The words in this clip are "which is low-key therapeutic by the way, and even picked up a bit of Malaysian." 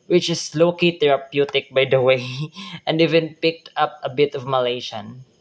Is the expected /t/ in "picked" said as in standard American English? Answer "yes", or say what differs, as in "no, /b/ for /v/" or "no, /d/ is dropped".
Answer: yes